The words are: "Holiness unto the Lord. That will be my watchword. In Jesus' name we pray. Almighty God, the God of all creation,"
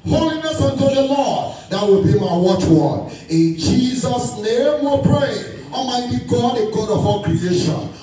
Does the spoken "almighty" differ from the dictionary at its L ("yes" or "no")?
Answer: yes